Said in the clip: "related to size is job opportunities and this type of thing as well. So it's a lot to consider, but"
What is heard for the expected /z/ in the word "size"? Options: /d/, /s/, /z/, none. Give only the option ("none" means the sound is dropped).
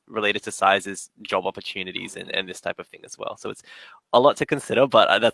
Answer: /z/